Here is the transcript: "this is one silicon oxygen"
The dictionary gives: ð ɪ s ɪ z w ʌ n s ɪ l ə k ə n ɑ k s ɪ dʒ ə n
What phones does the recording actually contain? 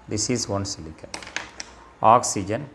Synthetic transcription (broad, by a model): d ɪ s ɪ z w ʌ n s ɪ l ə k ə ɑ k s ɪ dʒ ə n